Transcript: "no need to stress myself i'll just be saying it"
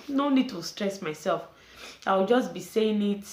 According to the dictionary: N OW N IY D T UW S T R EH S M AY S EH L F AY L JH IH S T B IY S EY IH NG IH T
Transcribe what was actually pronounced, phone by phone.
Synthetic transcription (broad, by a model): N OW N IY D T UW S T R EH S M AY S EH L F AY W JH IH S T B IY S EY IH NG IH T